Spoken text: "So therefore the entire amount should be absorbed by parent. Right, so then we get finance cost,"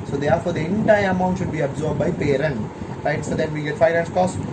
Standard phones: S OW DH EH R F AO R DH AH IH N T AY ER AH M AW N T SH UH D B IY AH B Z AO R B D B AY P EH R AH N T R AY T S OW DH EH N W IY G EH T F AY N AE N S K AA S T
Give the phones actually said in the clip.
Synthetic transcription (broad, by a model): S OW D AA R F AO R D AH IH N T AY ER AH M AW N T SH UH D B IY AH B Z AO R B B AY P EH R AH N T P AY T S OW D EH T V IY G EH T F AY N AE N S K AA S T